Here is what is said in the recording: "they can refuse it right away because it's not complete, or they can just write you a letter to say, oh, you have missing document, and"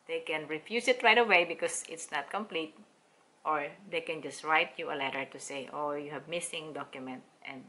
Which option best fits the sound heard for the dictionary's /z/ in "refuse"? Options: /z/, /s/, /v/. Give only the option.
/s/